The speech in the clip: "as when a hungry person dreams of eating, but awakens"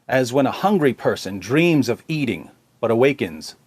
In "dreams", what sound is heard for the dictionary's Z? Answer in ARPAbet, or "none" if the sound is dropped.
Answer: Z